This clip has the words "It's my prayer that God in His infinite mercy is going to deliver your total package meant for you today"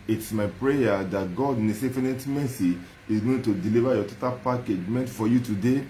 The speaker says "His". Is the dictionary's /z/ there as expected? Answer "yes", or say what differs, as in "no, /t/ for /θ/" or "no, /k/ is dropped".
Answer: no, /s/ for /z/